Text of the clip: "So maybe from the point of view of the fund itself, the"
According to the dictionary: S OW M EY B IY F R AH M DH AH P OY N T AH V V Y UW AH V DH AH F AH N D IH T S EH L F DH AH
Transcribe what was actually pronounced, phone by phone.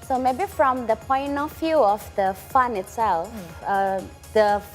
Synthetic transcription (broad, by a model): S OW M EY B IY F R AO M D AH P OY N T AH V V Y UW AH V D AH F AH N IH T S EH L F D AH